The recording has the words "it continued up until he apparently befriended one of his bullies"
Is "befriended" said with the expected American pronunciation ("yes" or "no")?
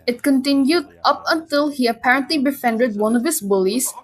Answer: no